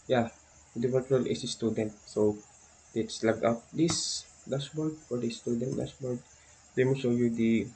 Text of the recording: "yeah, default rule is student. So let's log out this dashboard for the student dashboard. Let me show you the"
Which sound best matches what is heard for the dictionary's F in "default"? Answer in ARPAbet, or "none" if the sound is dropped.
P